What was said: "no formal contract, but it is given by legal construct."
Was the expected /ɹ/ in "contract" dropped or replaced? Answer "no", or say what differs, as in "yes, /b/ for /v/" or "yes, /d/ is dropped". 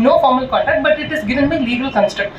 yes, /ɹ/ is dropped